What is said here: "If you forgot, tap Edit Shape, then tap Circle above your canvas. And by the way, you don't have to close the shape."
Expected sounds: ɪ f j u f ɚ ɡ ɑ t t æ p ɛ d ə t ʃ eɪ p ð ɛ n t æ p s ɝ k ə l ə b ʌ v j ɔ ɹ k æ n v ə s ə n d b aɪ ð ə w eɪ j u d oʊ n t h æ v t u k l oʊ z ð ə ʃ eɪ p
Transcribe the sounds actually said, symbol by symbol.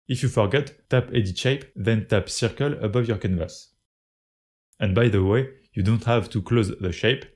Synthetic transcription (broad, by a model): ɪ f j u f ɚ ɡ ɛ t t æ p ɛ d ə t ʃ eɪ p ð ɛ n t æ p s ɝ k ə l ə b ʌ v j ɔ ɹ k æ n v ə s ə n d b aɪ ð ə w eɪ j u d oʊ n t h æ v t u k l oʊ z ð ə ʃ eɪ p